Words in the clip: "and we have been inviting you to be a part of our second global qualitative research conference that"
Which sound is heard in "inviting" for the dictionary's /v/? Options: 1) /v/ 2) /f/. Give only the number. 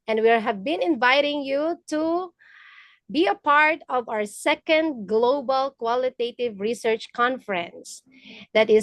1